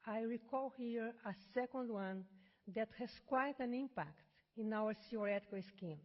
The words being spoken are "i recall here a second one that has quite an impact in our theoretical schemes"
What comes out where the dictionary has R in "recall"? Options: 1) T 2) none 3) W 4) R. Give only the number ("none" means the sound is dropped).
4